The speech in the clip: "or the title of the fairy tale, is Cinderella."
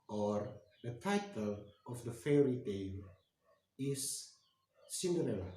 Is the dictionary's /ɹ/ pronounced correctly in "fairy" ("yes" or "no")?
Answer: yes